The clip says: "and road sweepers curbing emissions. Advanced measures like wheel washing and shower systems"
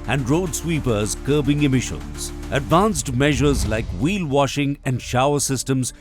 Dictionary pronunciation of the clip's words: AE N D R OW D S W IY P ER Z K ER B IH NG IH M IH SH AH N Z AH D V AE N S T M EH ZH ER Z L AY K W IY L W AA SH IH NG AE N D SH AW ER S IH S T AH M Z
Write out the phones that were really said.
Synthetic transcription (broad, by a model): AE N D R OW D S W IY P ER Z K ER B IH NG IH M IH SH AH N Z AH D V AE N S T M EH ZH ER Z L AY K W IY L W AA SH IH NG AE N D SH AW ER S IH S T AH M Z